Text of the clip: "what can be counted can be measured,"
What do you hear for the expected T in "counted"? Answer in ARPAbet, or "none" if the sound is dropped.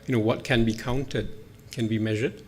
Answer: T